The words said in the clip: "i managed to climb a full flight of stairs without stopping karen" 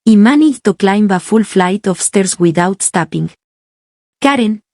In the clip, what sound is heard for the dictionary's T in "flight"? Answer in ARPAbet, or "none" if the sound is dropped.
T